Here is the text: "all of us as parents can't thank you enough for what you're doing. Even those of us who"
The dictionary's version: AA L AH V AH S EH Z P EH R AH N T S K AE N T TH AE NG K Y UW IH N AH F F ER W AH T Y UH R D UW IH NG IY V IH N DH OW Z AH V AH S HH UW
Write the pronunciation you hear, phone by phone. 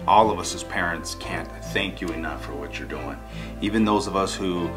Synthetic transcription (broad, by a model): AA L AH V AH S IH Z P EH R AH N T S K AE N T TH AE NG K Y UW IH N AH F F ER W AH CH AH R D UW IH NG IY V IH N DH OW Z AH V AH S HH UW